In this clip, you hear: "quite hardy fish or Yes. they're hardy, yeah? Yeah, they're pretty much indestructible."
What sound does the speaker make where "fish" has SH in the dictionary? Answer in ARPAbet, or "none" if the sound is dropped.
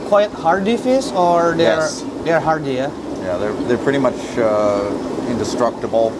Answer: S